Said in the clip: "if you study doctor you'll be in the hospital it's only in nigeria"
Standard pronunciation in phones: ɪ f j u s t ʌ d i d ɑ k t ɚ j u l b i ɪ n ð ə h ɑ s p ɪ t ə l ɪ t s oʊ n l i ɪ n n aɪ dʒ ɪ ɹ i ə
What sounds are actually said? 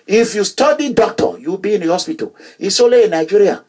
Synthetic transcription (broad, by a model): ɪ f j u s t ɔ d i d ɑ k t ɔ j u b i ɪ n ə h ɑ s p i t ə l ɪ s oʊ l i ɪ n n aɪ dʒ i ɹ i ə